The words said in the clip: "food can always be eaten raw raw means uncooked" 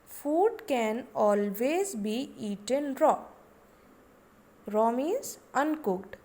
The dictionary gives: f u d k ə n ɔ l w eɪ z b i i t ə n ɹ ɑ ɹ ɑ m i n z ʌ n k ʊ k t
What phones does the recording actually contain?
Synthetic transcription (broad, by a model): f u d k ə n ɔ l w eɪ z b i i t ə n ɹ ɑ ɹ ɑ m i z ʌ n k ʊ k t